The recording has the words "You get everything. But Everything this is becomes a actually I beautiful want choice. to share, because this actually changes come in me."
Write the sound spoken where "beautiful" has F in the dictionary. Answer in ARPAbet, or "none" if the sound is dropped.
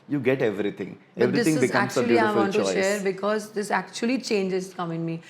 none